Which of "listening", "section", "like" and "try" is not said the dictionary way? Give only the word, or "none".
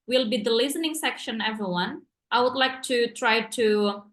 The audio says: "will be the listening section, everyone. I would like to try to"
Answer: none